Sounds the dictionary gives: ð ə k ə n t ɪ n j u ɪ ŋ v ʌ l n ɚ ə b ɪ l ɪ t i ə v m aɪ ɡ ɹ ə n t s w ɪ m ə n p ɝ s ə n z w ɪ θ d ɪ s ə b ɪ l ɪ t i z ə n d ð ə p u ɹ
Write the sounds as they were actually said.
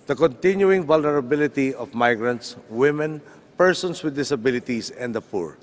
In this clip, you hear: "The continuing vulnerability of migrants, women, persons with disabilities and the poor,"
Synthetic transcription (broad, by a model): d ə k ə n t ɪ n j u ɪ ŋ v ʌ l n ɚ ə b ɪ l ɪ t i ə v m aɪ ɡ ɹ ə n t s w ɪ m ə n p ɝ s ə n s w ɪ d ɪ s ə b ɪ l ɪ t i s ə n d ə p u ɹ